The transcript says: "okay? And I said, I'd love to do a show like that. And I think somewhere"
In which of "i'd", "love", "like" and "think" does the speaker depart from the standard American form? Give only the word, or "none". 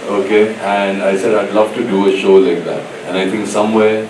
think